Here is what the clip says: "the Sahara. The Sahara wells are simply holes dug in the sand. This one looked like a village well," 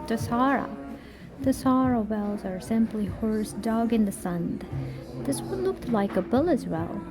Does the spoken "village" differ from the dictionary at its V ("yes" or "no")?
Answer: yes